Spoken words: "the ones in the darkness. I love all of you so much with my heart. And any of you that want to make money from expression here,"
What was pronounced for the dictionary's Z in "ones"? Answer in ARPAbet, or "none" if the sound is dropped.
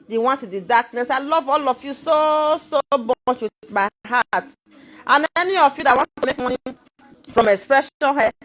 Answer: S